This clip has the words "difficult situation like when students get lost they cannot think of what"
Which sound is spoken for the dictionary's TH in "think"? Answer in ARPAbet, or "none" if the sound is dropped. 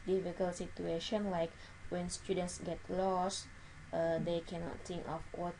T